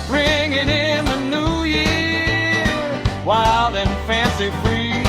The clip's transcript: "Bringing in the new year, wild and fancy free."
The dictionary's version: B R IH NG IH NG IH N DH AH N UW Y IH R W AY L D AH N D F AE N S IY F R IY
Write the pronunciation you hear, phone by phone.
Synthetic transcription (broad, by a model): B R IH NG IH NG IH N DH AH N UW Y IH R W AY L D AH N F AE N S IY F R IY